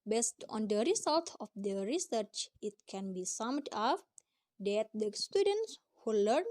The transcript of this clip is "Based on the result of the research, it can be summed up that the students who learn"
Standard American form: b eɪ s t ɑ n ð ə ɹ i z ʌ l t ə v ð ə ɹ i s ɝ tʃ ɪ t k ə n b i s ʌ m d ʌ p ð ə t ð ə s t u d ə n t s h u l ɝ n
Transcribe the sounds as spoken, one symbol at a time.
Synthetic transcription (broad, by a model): b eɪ s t ɑ n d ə ɹ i s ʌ l t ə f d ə ɹ i s ɝ tʃ ɪ t k ə n b i s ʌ m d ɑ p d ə t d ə s t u d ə n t s h u l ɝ n